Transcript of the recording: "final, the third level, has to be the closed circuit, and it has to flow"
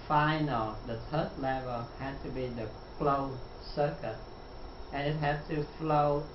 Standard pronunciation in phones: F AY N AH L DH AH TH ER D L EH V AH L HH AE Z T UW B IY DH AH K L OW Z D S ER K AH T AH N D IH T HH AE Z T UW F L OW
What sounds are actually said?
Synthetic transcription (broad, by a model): F AY N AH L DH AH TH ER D L EH V AH L HH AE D T UW B IY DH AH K L OW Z S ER K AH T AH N IH T HH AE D T UW F L OW